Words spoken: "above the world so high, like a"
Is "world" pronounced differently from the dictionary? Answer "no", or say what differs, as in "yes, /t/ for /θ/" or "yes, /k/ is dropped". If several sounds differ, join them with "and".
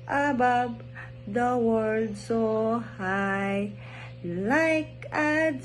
yes, /l/ is dropped